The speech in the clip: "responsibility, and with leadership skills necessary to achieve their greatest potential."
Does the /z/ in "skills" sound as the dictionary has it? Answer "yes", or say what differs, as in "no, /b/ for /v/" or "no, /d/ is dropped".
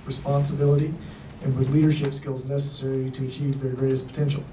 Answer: yes